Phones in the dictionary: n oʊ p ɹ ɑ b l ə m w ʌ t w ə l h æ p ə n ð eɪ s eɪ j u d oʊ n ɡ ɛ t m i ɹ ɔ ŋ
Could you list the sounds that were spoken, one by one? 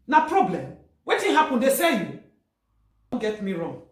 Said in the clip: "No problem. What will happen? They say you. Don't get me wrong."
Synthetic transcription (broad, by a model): n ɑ p ɹ ɑ b l ə m w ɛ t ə n h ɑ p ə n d eɪ s eɪ j u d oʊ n ɡ ɛ t m i ɹ ɔ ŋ